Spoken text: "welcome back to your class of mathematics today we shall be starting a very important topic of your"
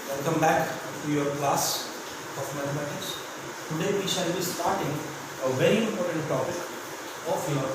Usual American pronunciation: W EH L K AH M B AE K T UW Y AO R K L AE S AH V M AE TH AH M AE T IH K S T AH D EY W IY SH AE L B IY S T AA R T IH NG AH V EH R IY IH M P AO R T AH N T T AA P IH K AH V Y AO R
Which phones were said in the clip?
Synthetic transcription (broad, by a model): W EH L K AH M B AE K T UW Y AO R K L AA S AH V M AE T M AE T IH S T AH D EY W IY SH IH L B IY S T AA R T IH NG AH V EH R IY IH M P AO R T AH N T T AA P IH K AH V Y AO R